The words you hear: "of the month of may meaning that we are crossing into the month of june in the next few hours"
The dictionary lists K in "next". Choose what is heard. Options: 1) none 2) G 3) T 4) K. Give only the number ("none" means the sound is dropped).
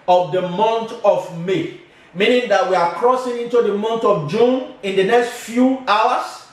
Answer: 4